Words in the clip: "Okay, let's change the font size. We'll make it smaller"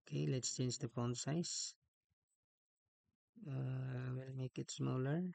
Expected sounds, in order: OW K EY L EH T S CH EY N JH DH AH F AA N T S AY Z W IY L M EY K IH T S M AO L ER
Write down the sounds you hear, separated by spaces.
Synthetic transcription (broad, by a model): K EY L EH T S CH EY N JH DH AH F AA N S AY S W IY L M EY K IH T S M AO L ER